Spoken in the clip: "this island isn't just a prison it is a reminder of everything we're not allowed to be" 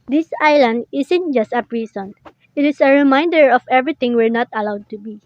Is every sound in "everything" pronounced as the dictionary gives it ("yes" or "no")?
no